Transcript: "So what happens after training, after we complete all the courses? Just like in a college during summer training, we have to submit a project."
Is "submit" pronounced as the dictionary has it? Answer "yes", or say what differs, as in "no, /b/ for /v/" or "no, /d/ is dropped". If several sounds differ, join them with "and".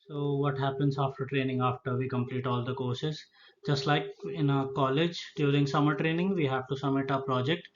no, /b/ is dropped